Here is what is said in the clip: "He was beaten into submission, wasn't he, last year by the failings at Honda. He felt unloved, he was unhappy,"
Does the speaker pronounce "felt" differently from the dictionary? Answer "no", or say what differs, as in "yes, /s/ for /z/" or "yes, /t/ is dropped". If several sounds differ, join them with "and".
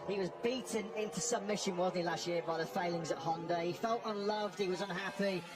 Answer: no